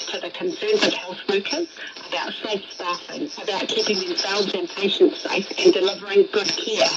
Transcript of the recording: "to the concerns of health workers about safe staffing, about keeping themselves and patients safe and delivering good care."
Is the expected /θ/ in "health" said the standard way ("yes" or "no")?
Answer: yes